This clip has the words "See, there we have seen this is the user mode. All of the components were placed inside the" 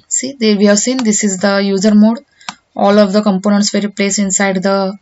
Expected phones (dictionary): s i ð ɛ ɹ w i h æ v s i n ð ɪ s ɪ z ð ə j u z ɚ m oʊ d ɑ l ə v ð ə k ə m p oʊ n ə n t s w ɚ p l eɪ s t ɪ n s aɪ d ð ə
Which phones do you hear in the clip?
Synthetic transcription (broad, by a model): s i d ɛ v i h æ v s i n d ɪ s ɪ z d ə j u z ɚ m oʊ d ɑ l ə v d ə k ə m p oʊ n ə n t s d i p l eɪ s t ɪ n s aɪ d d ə